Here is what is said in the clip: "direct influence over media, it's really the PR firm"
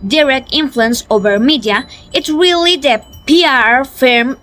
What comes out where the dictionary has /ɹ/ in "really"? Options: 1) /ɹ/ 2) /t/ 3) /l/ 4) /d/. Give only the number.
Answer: 1